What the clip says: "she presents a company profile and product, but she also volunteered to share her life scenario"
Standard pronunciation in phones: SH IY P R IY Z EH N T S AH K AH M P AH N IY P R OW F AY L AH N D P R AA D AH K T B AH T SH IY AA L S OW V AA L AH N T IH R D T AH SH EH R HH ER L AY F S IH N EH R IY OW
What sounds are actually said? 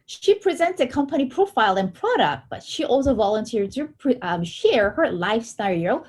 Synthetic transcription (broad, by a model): SH IY P R IY Z EH N T S AH K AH M P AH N IY P R OW F AY L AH N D P R AA D AH K T B AH T SH IY AA L S OW V AA L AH N T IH R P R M SH EH R HH ER L AY F S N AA R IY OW